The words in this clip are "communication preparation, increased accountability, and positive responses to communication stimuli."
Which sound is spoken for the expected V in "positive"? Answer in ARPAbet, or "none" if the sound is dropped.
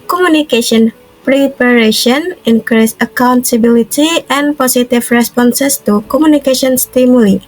F